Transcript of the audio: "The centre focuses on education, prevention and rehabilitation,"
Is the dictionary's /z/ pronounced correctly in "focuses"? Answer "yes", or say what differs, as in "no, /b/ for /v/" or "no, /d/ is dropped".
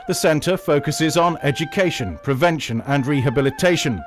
yes